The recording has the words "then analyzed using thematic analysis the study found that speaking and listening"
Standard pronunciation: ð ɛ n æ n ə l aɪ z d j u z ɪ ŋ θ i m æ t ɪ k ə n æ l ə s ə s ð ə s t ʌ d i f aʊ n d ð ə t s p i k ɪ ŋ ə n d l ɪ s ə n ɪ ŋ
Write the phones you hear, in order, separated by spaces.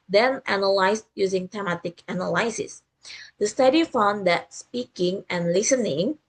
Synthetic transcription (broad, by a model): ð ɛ n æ n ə l aɪ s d j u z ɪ ŋ t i m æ t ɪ k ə n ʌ l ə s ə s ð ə s t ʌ d i f aʊ n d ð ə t s p i k ɪ ŋ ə n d l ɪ s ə n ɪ ŋ